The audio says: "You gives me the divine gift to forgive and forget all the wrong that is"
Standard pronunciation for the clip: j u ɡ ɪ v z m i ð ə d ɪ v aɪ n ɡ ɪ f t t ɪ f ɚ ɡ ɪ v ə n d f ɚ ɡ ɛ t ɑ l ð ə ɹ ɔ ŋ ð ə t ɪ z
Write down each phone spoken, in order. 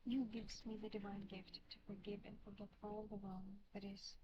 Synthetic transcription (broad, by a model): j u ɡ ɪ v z m i ð ə d ɪ v aɪ n ɡ ɪ f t t ɪ f ɚ ɡ ɪ v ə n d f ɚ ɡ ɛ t ɑ l ð ə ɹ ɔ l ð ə t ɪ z